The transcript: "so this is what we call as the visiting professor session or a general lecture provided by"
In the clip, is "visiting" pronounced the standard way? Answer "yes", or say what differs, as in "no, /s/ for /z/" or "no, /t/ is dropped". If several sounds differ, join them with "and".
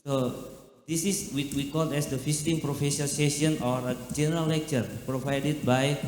no, /f/ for /v/ and /s/ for /z/